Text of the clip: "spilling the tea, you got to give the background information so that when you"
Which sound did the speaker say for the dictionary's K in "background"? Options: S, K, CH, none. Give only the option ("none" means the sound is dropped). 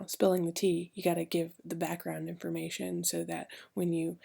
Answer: K